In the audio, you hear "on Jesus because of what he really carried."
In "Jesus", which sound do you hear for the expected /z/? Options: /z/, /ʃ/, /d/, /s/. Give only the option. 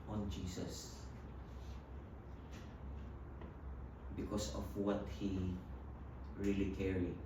/s/